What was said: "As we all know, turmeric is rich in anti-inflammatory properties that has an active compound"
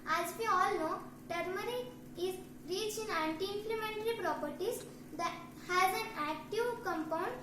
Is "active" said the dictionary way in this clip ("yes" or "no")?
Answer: yes